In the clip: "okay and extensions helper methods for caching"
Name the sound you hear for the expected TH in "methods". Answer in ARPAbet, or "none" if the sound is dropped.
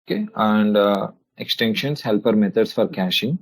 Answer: T